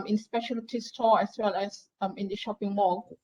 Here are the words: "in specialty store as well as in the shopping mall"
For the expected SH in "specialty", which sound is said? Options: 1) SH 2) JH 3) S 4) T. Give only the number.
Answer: 1